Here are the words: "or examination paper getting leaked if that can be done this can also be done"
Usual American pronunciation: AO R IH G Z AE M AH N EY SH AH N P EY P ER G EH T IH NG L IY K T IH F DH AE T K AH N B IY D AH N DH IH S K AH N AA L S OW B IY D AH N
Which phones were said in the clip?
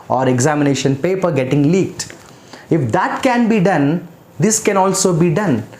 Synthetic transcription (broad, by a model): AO R IH G Z AE M AH N EY SH AH N P EY P ER G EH T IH NG L IY K T IH F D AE T K AH N B IY D AH N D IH S K AH N AA L S OW B IY D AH N